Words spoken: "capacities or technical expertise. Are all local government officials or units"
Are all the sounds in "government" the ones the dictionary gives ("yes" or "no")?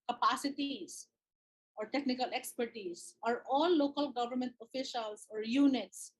yes